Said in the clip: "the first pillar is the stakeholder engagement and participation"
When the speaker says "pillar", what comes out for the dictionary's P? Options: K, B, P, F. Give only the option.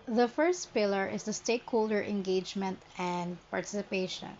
P